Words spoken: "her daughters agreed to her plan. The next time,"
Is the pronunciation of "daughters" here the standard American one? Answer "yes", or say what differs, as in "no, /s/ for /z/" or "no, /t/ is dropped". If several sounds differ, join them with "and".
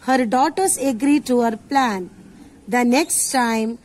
no, /s/ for /z/